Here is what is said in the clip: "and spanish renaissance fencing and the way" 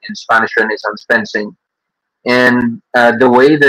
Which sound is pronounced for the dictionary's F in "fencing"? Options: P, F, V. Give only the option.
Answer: P